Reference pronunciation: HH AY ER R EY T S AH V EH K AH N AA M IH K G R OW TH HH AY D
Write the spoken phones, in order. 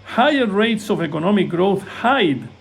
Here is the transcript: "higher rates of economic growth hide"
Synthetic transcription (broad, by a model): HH AY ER R EY T S AH V EH K AH N AA M IH K G R OW TH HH AY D